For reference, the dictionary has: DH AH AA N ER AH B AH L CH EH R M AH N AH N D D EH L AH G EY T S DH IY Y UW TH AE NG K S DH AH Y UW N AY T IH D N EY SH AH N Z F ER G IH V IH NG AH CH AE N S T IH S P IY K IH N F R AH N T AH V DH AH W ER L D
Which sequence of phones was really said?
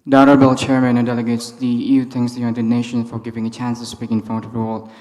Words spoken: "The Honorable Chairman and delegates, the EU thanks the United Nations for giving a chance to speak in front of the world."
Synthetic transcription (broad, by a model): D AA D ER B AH L CH EH R M AH N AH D D EH L AH G EY T S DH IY Y UW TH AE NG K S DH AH Y UW N AY T IH D N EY SH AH N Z F ER G IH V IH NG AH CH AE N S T IH S P IY K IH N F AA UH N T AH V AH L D